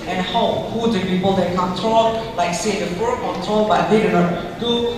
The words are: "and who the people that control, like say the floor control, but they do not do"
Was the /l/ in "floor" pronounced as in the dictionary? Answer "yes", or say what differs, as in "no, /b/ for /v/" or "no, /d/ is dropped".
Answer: no, /l/ is dropped